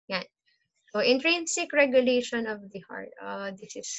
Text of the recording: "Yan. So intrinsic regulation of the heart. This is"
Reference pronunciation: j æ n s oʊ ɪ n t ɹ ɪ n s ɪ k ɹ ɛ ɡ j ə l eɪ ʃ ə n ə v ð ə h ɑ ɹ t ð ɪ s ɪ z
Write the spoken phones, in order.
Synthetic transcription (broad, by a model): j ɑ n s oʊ ɪ n t ɹ ɪ n s ɪ k ɹ ɛ ɡ j ə l eɪ ʃ ə n ə v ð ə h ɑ ɹ t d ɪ s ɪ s